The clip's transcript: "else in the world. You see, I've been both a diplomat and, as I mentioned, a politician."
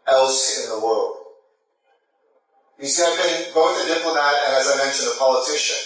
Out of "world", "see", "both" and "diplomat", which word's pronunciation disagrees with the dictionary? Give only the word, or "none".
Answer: both